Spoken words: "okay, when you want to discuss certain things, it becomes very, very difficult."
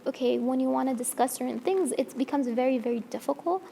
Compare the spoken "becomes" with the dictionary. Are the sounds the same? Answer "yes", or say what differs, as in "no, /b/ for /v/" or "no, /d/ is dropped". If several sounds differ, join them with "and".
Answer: yes